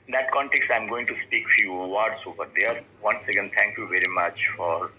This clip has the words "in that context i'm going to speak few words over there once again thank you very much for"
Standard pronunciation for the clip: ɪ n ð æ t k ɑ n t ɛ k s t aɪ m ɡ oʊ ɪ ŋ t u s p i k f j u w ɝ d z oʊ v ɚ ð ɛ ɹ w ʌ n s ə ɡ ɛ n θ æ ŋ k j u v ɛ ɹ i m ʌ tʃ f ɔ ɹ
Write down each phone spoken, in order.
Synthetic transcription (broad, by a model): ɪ n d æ t k ɑ n t ɛ k s t aɪ m ɡ oʊ ɪ ŋ t u s p i k f j u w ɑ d s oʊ p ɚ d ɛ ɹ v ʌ n s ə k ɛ n t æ ŋ k j u v ɛ ɹ i m ʌ tʃ f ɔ ɹ